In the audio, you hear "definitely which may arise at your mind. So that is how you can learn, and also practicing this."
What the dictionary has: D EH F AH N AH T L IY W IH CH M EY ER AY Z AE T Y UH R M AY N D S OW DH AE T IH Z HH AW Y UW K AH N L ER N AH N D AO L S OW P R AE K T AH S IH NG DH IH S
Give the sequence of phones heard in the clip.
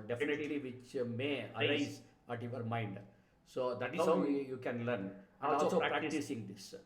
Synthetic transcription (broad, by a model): D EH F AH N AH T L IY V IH CH M EY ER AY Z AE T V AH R M AY N D S OW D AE T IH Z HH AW Y UW K AH N L ER N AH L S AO S OW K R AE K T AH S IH NG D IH S